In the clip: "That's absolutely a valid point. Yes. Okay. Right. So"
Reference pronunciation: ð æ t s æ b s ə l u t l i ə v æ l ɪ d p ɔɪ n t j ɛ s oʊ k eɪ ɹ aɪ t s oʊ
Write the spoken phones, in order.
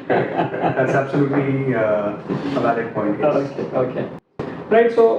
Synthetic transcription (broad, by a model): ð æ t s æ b s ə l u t l i ə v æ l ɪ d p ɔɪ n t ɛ oʊ k eɪ ɹ aɪ t s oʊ